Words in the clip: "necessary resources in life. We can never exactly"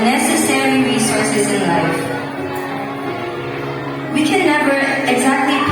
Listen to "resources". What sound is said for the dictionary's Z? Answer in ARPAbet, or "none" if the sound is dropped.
Z